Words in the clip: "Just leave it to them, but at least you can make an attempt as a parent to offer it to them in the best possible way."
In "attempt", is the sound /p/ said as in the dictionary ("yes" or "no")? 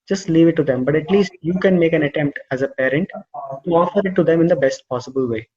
yes